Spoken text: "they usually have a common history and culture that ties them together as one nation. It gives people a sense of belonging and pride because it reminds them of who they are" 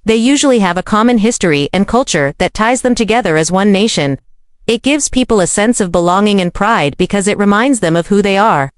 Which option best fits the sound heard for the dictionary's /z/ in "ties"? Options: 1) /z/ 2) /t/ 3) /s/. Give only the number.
1